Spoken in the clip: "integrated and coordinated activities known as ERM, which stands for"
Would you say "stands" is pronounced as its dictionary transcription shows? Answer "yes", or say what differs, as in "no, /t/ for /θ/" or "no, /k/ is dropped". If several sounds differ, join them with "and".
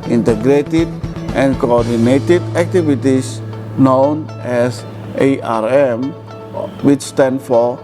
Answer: no, /z/ is dropped